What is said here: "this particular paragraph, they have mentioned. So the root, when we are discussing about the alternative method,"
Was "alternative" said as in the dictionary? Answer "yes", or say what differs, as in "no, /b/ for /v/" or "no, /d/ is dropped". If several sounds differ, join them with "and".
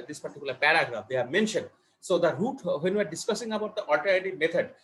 no, /n/ is dropped